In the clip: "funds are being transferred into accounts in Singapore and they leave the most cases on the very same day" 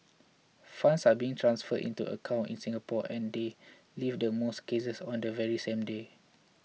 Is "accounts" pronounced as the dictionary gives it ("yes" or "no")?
no